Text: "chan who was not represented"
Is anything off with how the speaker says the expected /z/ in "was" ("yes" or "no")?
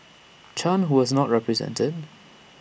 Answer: no